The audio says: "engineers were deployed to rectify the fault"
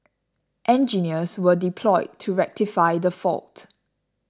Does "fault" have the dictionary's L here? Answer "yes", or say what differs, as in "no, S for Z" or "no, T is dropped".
yes